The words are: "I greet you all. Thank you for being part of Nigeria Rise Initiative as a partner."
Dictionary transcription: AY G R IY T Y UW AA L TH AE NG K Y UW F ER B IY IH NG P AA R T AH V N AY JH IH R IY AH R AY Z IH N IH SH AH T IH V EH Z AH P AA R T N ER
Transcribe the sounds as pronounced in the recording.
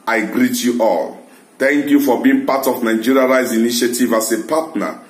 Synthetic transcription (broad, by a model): AY G R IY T Y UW AA L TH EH NG K Y UW F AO B IY IH NG P AA T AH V N AY JH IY R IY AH R AY Z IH N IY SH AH T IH V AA S AH P AA T N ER